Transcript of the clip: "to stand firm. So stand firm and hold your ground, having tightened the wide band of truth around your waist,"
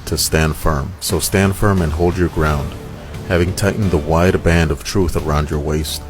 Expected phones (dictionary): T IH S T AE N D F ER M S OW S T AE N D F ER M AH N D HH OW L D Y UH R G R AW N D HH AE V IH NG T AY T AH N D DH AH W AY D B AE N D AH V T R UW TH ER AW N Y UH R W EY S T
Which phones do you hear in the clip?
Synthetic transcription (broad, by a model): T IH S T AE N D F ER M S OW S T AE N D F ER M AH N HH OW L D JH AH R G R AW N D HH AE V IH NG T AY T N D DH AH W AY D B AE N D AH V T R UW TH ER AW N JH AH R W EY S T